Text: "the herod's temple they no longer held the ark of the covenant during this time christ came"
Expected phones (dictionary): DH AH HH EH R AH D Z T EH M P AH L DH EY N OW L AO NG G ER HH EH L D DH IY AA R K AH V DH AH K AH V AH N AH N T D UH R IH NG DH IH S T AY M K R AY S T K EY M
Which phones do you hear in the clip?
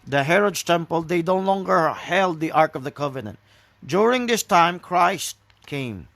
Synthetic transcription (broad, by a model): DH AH HH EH R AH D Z T EH M P AH L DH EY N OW L AO NG G ER HH EH L D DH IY AA R K AH V DH AH K AH V AH N AH N T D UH R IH NG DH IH S T AY M K R AY S T K EY M